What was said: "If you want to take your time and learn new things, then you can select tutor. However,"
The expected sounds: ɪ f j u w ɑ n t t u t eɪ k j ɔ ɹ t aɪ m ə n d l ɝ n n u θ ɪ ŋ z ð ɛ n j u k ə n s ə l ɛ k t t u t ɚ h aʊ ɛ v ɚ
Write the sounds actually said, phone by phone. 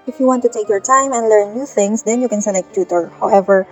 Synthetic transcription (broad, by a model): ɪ f j u w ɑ n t t u t eɪ k j ɔ ɹ t aɪ m ə n d l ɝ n n u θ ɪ ŋ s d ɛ n j u k ə n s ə n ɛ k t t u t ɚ h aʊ ɛ v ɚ